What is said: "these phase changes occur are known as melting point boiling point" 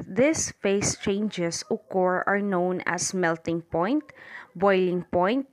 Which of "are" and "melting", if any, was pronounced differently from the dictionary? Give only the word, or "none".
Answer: none